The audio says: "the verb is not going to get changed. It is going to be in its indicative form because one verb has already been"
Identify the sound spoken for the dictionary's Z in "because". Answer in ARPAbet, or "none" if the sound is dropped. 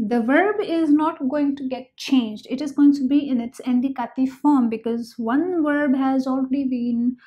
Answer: Z